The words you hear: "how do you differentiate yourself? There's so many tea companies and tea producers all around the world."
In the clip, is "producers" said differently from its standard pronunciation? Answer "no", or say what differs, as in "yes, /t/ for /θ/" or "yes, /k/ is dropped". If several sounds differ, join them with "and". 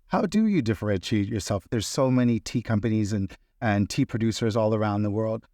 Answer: no